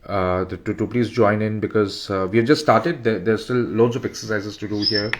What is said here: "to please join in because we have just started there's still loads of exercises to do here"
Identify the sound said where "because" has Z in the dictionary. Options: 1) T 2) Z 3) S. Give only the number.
2